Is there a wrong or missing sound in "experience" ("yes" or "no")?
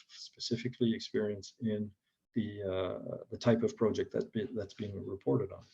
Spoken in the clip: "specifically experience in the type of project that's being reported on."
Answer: no